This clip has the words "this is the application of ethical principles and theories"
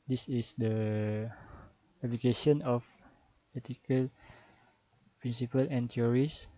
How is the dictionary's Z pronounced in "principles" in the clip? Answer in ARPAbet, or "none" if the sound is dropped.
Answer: none